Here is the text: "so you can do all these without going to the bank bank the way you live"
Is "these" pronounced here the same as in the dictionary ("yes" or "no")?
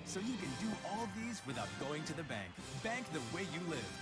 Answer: yes